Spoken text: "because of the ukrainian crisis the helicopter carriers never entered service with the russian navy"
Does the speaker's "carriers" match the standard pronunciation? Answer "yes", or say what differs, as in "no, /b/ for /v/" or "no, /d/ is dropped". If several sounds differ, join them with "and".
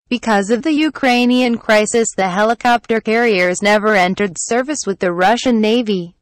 yes